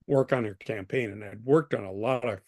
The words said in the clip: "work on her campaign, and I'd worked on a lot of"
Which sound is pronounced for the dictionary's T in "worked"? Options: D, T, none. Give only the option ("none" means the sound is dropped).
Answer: T